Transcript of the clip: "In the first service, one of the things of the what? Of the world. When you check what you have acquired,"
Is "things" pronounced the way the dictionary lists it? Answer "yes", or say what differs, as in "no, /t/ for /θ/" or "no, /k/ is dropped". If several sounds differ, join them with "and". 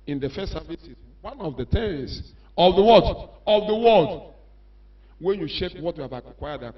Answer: no, /t/ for /θ/